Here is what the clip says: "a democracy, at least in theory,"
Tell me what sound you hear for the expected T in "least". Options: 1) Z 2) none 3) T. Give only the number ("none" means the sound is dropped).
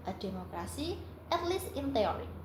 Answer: 2